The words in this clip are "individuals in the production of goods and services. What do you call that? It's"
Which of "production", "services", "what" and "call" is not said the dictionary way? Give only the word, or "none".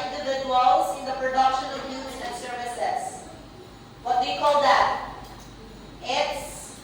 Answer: services